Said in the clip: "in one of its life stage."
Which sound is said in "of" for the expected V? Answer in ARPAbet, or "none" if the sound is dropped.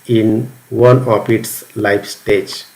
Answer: P